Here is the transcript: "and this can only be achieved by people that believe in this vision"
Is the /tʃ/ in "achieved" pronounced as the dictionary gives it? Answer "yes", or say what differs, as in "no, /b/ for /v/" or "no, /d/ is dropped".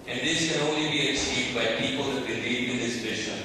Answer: no, /s/ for /tʃ/